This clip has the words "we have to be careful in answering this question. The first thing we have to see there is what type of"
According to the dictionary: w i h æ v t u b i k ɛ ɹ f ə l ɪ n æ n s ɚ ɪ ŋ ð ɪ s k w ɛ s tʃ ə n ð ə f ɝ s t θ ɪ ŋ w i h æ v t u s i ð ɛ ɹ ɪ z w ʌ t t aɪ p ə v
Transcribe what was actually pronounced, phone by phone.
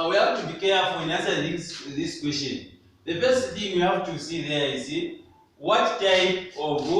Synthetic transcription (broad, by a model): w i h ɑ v t u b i k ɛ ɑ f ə ɪ n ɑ s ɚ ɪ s ð ɪ s k w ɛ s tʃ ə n ð ə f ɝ s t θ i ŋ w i h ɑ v t u s i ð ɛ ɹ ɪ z w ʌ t t aɪ p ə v